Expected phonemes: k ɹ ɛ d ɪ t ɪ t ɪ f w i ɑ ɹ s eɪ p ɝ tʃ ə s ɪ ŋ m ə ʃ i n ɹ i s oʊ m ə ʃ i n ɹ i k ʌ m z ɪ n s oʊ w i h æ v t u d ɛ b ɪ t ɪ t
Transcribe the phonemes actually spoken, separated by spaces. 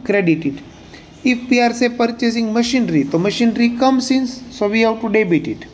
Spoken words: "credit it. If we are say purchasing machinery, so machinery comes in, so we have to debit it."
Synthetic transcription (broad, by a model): k ɹ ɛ d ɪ t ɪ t ɪ f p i ɑ ɹ s eɪ p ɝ tʃ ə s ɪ ŋ m ə ʃ i n ɹ i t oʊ m ə ʃ i n ɹ i k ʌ m s ɪ n s oʊ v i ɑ w t u d ɛ b ɪ t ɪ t